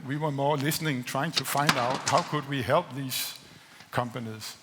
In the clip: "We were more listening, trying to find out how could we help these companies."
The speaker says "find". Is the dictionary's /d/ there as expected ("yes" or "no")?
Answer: yes